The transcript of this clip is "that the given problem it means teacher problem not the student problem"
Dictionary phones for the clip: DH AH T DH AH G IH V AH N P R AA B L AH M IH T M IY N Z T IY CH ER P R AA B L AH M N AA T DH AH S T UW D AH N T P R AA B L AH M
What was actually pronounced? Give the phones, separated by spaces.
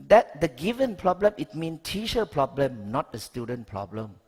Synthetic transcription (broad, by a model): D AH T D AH G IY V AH N P R AA B L AH M IH T M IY N T IY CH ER P R AA B L AH M N AA T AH S T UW D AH N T P R AA B L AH M